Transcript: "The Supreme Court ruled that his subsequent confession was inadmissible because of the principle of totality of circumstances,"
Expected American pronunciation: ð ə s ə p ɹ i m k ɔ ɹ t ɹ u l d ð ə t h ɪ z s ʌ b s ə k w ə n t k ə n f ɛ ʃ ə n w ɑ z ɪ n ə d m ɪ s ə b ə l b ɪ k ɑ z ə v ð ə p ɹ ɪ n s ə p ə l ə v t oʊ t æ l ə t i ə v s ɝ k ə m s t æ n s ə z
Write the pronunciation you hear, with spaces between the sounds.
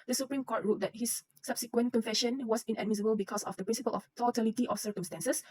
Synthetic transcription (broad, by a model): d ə s ə p ɹ i m k ɔ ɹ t ɹ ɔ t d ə t h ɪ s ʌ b s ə k w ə n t k ə n f ɛ ʃ ə n w ɑ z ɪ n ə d m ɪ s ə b ə l b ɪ k ɑ s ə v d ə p ɹ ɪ n s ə p ə l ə f t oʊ t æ l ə t i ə f s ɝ k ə m s t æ n s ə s